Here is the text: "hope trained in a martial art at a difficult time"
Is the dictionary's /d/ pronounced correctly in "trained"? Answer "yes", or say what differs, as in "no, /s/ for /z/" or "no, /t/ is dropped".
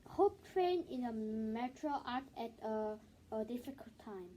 no, /d/ is dropped